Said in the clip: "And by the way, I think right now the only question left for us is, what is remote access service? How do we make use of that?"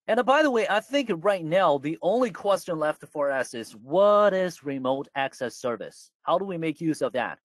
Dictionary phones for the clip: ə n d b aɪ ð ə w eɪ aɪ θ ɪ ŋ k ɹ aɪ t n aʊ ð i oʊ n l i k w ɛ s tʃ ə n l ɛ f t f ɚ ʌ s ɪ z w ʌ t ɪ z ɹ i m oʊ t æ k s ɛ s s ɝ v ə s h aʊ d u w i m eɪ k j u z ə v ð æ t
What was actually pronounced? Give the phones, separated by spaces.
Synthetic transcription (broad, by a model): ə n b aɪ ð ə w eɪ aɪ θ ɪ ŋ k ɹ aɪ t n aʊ ð i oʊ n l i k w ɛ s tʃ ə n l ɛ f t f ɚ ʌ s ɪ z w ʌ t ɪ z ɹ i m oʊ t æ k s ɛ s s ɝ v ə s h aʊ d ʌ w i m eɪ k j u z ə v ð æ t